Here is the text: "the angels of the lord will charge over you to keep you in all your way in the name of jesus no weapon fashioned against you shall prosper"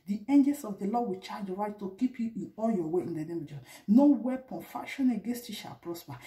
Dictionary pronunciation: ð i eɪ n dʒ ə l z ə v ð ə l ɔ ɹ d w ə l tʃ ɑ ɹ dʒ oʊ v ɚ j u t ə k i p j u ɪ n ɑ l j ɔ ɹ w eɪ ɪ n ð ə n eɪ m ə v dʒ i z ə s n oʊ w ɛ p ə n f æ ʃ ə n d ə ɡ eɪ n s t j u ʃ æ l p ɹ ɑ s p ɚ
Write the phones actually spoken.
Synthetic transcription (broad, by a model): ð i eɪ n dʒ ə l s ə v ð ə l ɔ w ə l tʃ ɑ dʒ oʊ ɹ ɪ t t ə k i p j u ɪ n ɑ l j ɔ w eɪ ɪ n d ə n eɪ m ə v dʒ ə n oʊ w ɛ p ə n f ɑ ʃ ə n ə ɡ eɪ n s t j u ʃ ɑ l p ɹ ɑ s p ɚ